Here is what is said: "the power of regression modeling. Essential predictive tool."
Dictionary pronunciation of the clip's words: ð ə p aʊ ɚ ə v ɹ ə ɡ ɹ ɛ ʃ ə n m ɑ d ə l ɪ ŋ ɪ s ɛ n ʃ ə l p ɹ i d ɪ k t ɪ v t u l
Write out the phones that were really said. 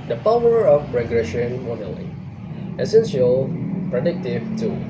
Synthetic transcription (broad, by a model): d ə p aʊ ɚ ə p ɹ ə ɡ ɹ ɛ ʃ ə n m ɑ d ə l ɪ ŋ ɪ s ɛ n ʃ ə l p ɹ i d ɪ k t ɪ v t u